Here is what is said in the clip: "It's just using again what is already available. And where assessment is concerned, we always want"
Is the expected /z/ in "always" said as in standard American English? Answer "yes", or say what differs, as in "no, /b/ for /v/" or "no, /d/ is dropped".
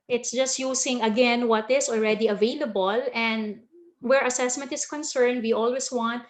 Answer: no, /s/ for /z/